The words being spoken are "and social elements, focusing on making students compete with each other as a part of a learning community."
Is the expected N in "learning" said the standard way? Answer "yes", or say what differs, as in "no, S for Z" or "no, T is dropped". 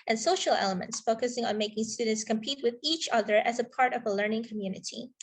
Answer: yes